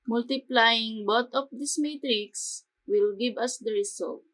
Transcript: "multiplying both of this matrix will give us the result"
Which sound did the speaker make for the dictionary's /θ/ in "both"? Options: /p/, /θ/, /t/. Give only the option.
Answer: /t/